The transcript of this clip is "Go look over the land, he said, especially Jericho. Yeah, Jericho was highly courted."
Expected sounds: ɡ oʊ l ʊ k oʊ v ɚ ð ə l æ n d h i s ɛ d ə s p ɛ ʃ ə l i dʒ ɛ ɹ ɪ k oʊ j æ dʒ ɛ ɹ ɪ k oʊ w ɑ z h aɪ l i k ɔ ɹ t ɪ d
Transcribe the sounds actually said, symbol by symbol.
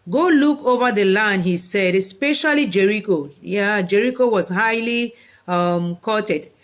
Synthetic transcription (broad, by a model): ɡ oʊ l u k oʊ v ɚ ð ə l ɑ n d h i s ɛ d ə s p ɛ ʃ ə l i dʒ ɛ ɹ ɪ k oʊ j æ dʒ ɛ ɹ ɪ k oʊ w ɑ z h aɪ l i k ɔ t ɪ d